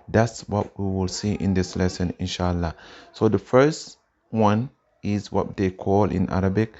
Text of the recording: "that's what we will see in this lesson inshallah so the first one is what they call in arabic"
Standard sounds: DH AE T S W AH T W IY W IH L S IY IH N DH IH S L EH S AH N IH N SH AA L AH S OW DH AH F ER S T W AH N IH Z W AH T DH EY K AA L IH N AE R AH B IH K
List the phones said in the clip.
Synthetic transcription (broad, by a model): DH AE T S W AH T W IY W IH L S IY IH N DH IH S L EH S AH N IH N SH AA L AH S OW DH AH F ER S T W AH N IH Z W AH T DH EY K AA L IH N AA R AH B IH K